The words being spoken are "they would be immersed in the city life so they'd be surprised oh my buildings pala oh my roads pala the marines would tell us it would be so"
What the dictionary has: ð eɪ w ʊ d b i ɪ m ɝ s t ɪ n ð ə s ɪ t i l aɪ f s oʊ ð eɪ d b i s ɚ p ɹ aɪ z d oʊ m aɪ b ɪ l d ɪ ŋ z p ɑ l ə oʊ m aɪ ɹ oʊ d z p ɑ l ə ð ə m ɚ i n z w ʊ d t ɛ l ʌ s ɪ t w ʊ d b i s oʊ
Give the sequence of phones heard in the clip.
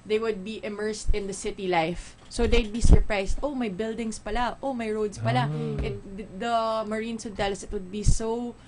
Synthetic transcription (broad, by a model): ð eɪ w ʊ d b i ɪ m ɝ s t ɪ n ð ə s ɪ t i l aɪ f s oʊ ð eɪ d b i s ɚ p ɹ aɪ s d oʊ m aɪ b ɪ l d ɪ ŋ s p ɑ l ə oʊ m aɪ ɹ oʊ d s p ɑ l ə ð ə m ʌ i n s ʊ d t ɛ l ʌ s ɪ t w ʊ d b i s oʊ